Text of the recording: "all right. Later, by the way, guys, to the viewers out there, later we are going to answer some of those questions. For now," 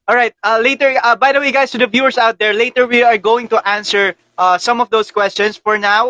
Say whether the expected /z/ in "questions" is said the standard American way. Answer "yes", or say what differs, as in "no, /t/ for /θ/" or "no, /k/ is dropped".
no, /s/ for /z/